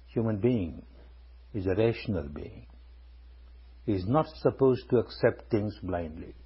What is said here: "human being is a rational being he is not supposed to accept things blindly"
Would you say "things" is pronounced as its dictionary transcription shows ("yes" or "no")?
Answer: no